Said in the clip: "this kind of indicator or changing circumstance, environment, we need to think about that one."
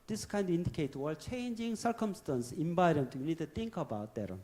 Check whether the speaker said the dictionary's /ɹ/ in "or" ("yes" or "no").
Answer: no